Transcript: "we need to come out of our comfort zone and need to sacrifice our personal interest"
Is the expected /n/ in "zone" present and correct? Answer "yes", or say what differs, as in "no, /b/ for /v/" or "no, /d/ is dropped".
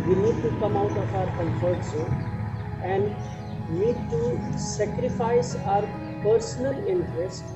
no, /n/ is dropped